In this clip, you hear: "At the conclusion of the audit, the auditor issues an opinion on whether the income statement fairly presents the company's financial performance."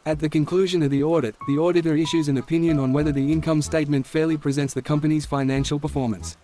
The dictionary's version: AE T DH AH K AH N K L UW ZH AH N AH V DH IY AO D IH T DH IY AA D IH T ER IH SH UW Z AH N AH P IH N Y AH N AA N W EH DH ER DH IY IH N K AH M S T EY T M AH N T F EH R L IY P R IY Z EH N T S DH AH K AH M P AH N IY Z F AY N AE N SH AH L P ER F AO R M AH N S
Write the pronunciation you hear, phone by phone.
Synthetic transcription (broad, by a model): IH T DH AH K AH N K L UW ZH AH N AH V DH IY AO D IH T DH IY AA D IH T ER IH SH UW Z AH N AH P IH N Y AH N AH N W EH DH ER DH IY IH N K AH M S T EY T M AH N T F EH R L IY P R IY Z EH N T S DH AH K AH M P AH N IY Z F AY N AE N SH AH L P ER F AO R M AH N S